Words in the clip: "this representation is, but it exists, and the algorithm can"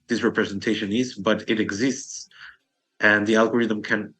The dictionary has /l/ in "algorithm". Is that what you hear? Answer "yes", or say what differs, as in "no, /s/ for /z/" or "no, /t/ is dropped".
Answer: yes